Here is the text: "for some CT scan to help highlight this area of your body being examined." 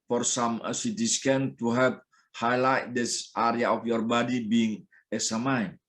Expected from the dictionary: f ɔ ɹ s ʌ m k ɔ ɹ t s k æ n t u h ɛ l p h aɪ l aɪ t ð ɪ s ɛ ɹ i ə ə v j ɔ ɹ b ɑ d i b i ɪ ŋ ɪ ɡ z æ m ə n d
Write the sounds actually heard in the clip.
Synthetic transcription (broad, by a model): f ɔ ɹ s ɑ m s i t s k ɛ n t u h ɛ p h aɪ l aɪ t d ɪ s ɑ ɹ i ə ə f j ɔ ɹ b ɑ d i b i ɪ ŋ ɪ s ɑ m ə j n